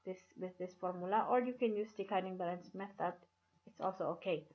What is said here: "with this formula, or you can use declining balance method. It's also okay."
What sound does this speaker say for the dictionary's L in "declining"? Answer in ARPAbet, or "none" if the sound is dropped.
none